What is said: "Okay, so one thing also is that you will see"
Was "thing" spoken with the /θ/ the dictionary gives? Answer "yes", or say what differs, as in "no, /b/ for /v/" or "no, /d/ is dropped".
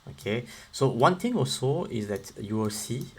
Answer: no, /t/ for /θ/